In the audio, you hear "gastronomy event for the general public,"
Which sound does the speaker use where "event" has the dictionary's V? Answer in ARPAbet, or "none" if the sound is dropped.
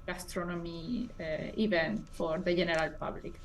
B